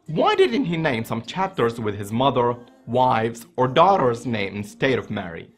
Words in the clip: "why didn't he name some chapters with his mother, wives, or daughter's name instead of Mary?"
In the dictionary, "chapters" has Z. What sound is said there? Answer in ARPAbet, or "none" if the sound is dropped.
Z